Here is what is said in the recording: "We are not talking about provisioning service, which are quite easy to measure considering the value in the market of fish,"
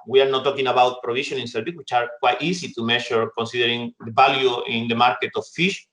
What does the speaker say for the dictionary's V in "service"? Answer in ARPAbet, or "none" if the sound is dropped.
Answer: B